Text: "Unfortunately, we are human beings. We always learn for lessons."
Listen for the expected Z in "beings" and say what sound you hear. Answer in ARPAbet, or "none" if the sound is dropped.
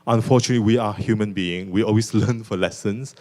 none